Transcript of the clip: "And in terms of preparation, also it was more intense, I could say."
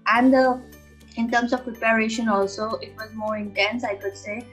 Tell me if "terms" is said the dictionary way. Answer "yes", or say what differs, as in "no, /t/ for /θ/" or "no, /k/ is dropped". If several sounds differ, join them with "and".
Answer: no, /s/ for /z/